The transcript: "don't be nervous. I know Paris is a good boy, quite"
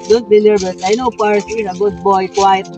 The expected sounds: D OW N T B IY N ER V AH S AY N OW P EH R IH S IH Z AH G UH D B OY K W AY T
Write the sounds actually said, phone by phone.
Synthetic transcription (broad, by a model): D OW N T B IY L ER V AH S AY N OW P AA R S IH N AH G UH D B OY K W AY T